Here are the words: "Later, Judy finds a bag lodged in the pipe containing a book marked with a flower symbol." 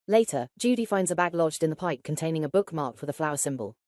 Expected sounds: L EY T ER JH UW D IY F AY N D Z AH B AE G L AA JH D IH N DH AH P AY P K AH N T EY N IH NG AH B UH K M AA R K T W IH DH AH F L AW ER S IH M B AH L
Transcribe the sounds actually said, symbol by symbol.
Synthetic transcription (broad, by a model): L EY T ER JH UW D IY F AY N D Z AH B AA G L AA JH D IH N DH AH P AY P K AH N T EY N IH NG AH B UH K M AA K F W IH DH AH F L AW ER S IH M B AH L